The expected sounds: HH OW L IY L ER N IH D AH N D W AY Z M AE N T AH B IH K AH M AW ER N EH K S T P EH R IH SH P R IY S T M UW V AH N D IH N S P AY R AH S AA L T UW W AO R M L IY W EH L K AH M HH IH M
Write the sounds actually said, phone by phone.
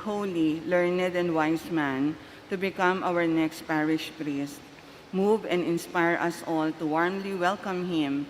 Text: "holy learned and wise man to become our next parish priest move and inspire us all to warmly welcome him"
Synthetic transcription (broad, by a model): HH OW L IY L ER N IH D AH N D W AY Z M AE N T AH B IH K AH M AW ER N EH K S T P EH R IH SH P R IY S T M UW V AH N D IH N S P AY R AH S AA L T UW W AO R M L IY W EH L K AH M HH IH M